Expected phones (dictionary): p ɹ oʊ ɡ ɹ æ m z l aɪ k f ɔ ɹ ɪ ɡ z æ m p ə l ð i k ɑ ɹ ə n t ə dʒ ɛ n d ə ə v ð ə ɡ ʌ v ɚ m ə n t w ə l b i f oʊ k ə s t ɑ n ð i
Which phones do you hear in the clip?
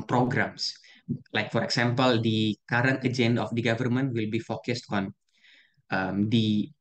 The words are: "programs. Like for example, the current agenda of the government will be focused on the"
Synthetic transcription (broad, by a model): p ɹ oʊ ɡ ɹ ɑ m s l aɪ k f ɔ ɹ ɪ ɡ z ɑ m p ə l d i k ɑ ɹ ə n t ə dʒ ɛ n d ə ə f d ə ɡ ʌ v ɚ m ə n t w ə l b i f oʊ k ə s t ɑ n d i